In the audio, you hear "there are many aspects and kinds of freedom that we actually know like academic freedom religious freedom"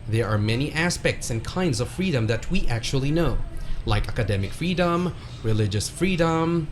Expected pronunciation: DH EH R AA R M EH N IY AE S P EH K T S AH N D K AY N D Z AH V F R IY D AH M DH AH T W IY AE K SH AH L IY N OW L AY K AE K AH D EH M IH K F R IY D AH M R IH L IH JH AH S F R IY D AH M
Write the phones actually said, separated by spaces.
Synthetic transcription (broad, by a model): DH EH R AA R M EH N IY AE S P EH K T S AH N K AY N D Z AH V F R IY D AH M DH AH T W IY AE K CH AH L IY N OW L AY K AE K AH D EH M IH K F R IY D AH M R IH L IH JH AH S F R IY D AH M